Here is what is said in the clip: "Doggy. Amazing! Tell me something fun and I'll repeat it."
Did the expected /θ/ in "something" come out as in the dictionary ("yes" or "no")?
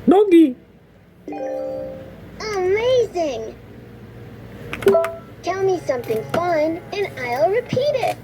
yes